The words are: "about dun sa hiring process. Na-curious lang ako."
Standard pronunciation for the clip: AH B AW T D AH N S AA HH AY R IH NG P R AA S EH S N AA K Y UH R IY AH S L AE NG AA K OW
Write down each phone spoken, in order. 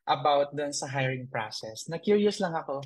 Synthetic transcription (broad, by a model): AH B AW T D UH N S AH HH AY R IH NG P R AA S EH S N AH K Y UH R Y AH S L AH NG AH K OW